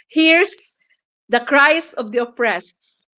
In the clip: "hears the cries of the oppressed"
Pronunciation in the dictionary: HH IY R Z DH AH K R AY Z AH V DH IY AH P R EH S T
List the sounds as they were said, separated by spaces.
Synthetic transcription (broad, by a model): HH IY R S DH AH K R AY S AH V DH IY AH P R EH S T